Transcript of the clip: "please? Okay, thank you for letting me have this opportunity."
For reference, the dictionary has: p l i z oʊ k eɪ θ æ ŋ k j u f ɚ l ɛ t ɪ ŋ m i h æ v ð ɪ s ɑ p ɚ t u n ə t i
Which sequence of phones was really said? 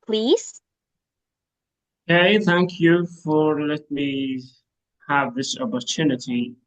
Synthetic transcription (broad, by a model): p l i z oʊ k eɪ θ æ ŋ k j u f ɚ l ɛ t m i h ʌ v ð ɪ s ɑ p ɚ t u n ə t i